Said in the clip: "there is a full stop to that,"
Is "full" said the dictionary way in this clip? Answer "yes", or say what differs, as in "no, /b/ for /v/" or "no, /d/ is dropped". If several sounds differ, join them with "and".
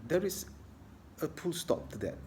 no, /p/ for /f/